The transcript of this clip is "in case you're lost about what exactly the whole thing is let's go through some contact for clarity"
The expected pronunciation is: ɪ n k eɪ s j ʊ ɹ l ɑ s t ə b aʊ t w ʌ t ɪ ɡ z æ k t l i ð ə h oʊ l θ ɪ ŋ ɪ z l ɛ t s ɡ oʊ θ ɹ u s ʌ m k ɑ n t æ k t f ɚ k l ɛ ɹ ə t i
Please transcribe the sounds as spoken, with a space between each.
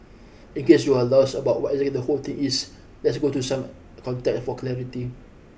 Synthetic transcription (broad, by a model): ɪ n k eɪ s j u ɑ l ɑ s ə b aʊ t w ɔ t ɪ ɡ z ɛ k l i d ə h oʊ l t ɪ ŋ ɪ s l ɛ t s ɡ oʊ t u s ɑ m k ɑ n t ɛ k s f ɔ k l ɛ ɹ ə t i